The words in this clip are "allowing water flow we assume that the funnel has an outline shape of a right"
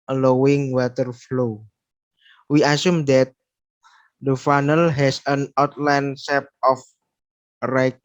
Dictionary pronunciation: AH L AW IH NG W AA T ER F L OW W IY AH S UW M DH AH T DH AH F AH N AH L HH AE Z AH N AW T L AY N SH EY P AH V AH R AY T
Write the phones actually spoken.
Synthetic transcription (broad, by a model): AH L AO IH NG W AA T ER F L OW W IY AH S UW M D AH T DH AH F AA N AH L HH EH S AH N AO T L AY N S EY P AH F R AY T